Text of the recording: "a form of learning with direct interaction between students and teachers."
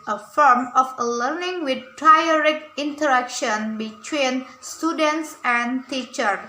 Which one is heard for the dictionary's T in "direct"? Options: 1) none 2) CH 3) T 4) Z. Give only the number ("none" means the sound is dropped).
1